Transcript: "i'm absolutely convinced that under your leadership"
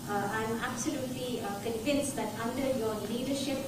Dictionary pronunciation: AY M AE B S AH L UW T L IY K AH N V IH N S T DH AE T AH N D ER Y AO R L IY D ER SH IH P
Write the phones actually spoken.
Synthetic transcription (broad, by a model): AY M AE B S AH L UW T L IY K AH N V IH N S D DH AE T AH N D ER Y AO R L IY D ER SH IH P